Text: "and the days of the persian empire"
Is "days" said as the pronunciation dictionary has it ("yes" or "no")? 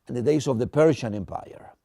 no